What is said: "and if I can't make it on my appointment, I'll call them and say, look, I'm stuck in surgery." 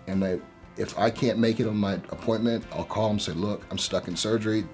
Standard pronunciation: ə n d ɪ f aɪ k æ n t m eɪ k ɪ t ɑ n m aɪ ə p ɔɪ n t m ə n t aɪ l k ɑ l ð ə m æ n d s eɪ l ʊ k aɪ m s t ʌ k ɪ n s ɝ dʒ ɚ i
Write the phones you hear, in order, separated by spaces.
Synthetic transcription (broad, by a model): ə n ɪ ɪ f aɪ k æ n m eɪ k ɪ t n m aɪ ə p ɔɪ n m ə n t aɪ l k ɑ l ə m s eɪ l ʊ k aɪ m s t ʌ k ɪ n s ɝ dʒ ɚ i